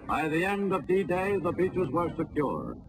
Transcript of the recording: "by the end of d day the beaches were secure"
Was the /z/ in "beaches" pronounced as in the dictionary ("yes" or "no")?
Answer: yes